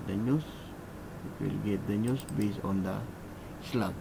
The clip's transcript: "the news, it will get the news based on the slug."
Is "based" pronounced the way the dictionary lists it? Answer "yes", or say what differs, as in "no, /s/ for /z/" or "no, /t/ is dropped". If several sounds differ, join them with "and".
no, /t/ is dropped